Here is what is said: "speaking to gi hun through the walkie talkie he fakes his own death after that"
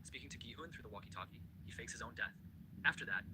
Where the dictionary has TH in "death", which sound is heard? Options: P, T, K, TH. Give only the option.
TH